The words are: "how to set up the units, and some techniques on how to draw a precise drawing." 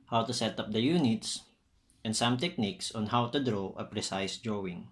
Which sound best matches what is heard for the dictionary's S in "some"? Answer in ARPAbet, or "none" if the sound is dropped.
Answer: S